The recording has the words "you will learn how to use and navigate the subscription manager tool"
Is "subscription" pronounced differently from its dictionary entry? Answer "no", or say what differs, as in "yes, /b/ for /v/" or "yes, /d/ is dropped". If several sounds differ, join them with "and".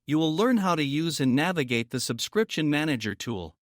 no